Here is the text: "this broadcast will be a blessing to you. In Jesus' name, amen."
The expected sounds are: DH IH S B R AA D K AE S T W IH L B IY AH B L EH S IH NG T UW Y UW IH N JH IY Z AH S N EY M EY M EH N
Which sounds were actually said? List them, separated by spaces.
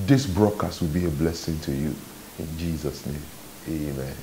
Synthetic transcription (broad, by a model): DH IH S B R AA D K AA S T W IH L B IY AH B L EH S IH NG T UW Y UW IH N JH IY Z AH S N EY M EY M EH N